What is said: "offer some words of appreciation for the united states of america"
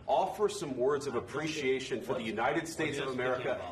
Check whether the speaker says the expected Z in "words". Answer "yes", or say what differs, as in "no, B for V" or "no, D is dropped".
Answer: yes